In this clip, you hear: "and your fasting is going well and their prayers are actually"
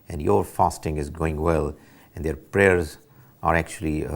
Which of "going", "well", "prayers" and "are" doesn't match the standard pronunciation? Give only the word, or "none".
none